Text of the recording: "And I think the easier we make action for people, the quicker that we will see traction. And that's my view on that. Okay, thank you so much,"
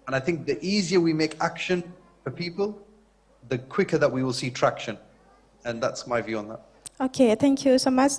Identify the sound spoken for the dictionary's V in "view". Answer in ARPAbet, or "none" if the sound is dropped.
V